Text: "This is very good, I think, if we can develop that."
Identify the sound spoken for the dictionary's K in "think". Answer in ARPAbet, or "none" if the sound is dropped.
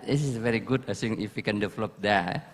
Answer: none